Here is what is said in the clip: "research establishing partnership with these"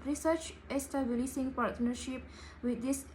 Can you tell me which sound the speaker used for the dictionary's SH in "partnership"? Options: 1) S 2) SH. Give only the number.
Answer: 2